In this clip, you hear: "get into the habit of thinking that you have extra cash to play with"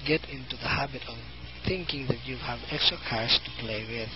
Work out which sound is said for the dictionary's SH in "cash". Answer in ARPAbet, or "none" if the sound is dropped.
S